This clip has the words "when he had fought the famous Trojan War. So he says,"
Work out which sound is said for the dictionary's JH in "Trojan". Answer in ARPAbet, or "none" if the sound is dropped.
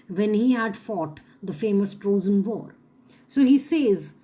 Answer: Z